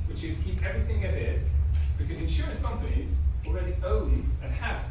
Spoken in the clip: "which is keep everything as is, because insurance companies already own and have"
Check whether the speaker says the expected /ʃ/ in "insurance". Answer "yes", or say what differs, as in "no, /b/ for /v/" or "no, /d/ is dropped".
yes